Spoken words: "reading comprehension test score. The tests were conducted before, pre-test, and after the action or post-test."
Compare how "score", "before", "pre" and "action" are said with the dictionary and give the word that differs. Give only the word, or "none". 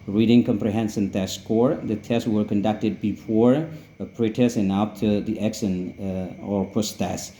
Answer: action